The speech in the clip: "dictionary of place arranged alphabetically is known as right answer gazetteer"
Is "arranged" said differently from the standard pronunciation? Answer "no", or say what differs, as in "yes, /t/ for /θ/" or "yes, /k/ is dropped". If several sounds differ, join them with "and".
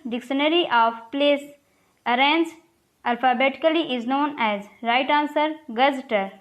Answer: yes, /d/ is dropped